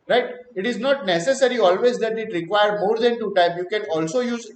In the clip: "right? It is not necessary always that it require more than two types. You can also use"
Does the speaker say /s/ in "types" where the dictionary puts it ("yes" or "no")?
no